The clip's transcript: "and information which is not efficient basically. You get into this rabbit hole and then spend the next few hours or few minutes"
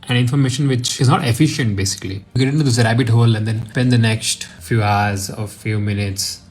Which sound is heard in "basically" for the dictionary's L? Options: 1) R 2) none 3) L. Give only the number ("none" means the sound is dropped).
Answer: 2